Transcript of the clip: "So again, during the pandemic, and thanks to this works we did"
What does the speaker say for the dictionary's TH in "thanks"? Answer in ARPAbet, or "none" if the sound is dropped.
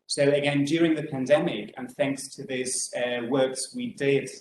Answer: TH